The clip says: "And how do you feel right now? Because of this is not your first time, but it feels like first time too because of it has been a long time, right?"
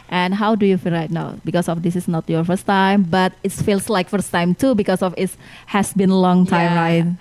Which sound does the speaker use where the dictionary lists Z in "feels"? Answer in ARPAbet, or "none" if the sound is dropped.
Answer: S